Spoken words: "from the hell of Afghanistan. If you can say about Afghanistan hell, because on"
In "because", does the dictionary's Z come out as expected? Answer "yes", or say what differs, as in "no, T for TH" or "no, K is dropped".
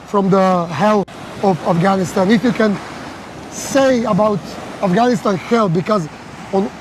yes